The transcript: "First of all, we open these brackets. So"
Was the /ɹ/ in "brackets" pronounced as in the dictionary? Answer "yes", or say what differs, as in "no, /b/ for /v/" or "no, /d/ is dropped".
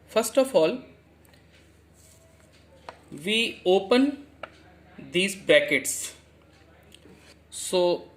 no, /ɹ/ is dropped